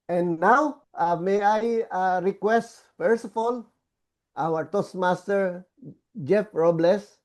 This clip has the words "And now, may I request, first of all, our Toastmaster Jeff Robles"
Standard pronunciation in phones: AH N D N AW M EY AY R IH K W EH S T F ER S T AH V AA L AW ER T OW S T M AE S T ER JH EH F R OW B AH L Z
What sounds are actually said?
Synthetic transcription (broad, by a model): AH N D N AW M EY AY R IH K W EH S T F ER S AH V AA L AW ER T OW S M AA S T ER JH EH F R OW B L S